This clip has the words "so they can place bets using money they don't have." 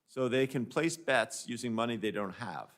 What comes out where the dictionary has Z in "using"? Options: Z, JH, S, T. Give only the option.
Z